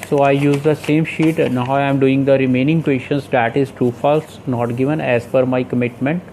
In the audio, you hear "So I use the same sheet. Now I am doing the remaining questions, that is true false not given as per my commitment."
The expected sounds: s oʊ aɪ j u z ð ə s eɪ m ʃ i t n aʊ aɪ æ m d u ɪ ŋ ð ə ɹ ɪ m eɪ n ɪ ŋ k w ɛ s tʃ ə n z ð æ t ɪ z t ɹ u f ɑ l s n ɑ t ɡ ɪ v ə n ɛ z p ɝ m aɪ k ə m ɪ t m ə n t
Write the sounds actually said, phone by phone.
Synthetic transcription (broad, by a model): s oʊ aɪ j u z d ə s eɪ m ʃ i t n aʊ aɪ m d u ɪ ŋ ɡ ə ɹ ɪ m eɪ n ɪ ŋ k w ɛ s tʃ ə n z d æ t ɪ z t u f ɑ l s n ɑ t ɡ ɪ v ə n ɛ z f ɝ m aɪ k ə m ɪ t m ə n t